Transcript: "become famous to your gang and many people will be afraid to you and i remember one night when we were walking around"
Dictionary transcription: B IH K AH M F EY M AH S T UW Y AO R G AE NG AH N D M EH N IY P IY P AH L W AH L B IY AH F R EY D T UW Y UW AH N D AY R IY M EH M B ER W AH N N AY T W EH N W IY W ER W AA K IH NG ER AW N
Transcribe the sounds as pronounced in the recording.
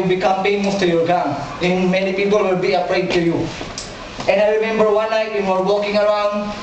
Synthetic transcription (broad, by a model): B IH K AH M P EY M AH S T UW Y AO R G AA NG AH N M EH N IY P IY P AH L W AH L B IY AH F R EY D T UW Y UW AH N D AY R IY M EH M B ER W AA N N AY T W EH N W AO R W AA K IH NG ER AW N